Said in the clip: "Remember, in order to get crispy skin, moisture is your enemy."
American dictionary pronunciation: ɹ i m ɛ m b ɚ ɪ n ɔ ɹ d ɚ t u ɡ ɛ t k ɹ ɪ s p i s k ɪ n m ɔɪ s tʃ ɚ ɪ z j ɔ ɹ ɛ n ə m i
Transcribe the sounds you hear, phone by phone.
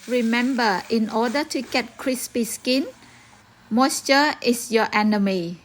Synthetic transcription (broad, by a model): ɹ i m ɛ m b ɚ ɪ n ɔ d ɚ t u ɡ ɛ t k ɹ ɪ s p i s k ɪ n m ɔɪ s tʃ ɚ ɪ s j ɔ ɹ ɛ n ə m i